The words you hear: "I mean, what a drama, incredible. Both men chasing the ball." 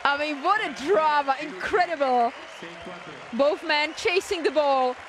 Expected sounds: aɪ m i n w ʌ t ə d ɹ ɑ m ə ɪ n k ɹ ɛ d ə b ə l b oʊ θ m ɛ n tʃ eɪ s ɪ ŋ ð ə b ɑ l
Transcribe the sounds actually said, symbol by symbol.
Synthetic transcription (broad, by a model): aɪ m i n w ʌ t ə d ɹ ɑ m ə ɪ n k ɹ ɛ d ə b ə l b oʊ θ m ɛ n tʃ eɪ s ɪ ŋ ð ə b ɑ l